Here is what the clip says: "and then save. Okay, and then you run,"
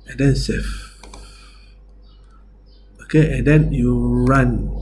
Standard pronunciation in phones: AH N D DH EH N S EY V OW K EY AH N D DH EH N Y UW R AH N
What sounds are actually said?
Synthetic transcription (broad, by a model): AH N D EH N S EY F OW K EY AH N D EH N Y UW R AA N